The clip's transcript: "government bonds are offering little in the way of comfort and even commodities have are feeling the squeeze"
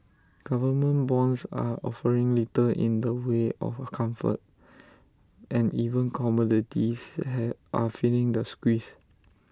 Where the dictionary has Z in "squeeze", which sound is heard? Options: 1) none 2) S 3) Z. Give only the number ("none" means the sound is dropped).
2